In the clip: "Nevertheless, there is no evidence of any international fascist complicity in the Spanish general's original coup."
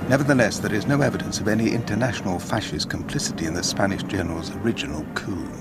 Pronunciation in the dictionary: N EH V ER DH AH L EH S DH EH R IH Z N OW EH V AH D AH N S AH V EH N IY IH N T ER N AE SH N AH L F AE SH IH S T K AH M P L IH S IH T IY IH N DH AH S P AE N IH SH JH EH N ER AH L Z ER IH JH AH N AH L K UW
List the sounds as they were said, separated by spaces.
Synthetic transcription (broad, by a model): N EH V ER DH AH L EH S DH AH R IH Z N OW EH V AH D AH N S AH V EH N IY IH N T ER N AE SH N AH L F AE SH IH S K AH M P L IH S IH T IY IH N DH AH S P AE N IH SH JH EH N ER AH L Z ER IH JH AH N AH L K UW